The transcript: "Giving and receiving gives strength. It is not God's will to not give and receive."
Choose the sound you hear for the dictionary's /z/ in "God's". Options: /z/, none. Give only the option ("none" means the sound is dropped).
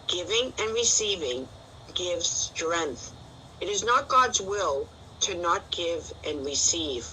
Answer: /z/